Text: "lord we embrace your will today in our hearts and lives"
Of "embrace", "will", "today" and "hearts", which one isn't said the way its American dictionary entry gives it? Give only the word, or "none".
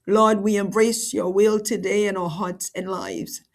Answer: none